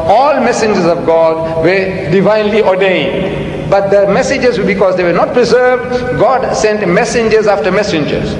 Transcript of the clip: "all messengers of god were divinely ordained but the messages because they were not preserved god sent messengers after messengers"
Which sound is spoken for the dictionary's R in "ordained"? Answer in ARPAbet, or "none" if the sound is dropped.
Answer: R